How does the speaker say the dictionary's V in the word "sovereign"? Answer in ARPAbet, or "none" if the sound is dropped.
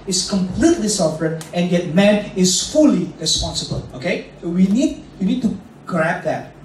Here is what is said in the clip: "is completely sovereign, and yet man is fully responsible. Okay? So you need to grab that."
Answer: F